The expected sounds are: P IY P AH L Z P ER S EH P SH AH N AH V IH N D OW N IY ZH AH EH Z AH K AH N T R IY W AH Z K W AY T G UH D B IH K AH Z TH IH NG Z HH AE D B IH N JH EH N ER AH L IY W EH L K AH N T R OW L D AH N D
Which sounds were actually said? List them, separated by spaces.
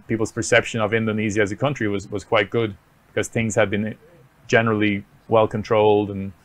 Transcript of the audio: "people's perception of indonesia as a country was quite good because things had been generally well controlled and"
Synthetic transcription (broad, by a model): P IY P L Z P ER S EH P SH AH N AH V IH N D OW N IY Z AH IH Z AH K AH N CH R IY W AH Z K W AY T G UH D B IH K AH Z TH IH NG Z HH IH D B IH N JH EH N ER L IY W EH L K AH N T R OW L D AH N